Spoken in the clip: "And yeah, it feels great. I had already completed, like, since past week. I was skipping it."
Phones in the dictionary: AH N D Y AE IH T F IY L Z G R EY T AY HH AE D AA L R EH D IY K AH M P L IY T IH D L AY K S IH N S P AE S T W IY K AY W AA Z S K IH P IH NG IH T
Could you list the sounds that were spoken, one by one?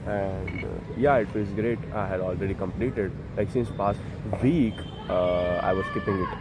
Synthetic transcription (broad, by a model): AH N D Y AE IH T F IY Z G R EY T AY HH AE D AA L R EH D IY K AH M P L IY T IH D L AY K S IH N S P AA S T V IY K AY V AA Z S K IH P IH NG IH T